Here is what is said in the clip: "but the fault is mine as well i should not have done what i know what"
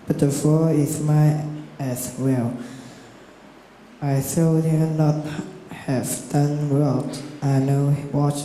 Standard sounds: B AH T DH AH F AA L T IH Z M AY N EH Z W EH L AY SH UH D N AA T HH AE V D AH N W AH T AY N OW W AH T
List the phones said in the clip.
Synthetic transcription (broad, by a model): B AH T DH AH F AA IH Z M AY EH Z W EH L AY S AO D N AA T HH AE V D AH N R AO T AY N OW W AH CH